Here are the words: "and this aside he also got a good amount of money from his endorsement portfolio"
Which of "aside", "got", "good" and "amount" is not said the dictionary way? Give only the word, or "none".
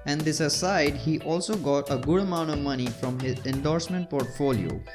none